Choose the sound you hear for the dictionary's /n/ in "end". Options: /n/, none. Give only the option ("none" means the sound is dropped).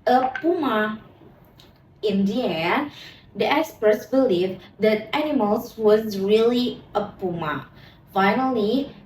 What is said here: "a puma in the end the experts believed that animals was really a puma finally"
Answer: none